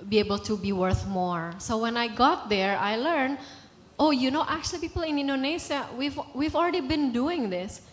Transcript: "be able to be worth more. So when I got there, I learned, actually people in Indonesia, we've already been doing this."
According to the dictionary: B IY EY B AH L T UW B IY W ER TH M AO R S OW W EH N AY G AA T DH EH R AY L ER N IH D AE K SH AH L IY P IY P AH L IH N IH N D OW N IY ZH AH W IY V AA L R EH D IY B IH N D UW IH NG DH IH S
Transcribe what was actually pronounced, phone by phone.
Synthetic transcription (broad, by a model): B IY EY B AH L T UW B IY W ER TH M AO R S OW W EH N AY G AA T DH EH R AY L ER N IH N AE K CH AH L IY P IY P AH L IH N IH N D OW N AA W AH W IY V AA L R EH D IY B IH N D UW IH NG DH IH S